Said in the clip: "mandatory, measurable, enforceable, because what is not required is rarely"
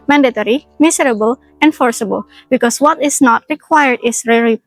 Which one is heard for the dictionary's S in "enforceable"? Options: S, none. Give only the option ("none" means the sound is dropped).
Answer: S